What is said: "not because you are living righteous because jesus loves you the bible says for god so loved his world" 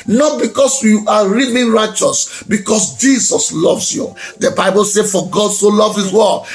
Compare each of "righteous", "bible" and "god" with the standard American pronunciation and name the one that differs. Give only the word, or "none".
none